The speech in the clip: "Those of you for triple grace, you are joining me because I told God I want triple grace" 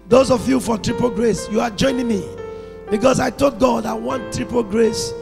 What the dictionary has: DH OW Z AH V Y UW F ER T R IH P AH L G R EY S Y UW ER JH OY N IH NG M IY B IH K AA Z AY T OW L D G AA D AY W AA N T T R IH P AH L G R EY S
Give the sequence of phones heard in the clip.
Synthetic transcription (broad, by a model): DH OW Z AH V Y UW F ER T R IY P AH G R EY S Y UW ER JH OY N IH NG M IY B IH K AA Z AY T OW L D G AA D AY W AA N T T R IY P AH G R EY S